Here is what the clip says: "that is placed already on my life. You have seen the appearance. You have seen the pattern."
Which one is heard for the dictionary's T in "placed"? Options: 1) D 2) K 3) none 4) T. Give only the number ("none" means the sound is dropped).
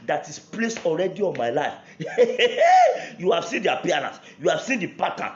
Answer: 3